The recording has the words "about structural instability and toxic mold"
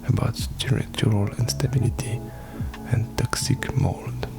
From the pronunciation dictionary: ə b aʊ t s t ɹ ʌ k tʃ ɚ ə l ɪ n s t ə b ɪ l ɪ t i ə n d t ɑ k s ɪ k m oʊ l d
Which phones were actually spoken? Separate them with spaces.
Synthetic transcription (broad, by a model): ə b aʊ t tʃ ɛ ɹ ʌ tʃ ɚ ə l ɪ n s t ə b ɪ l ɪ t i ə n d t ɑ k s ɪ k m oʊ l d